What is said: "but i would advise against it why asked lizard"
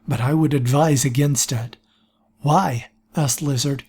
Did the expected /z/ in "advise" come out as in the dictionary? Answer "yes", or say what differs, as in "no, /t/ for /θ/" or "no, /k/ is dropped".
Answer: yes